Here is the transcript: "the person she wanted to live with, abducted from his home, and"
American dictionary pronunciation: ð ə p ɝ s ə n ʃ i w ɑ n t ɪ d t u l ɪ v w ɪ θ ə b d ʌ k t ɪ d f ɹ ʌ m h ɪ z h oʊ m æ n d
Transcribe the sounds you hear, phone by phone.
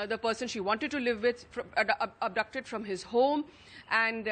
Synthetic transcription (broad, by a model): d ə p ɝ s ə n ʃ i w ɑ n t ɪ d t u l ɪ v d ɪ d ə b d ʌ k t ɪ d f ɹ ʌ m h ɪ z h oʊ m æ n d